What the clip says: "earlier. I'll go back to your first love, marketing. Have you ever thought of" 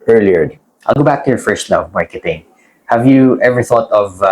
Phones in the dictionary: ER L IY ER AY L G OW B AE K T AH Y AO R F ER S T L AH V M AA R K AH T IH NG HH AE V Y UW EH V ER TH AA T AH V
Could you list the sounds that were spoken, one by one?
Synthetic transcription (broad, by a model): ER L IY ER AY L G OW B AE K T AH Y AO R F ER S T N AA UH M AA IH K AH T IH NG HH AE V Y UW EH V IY TH AA T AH V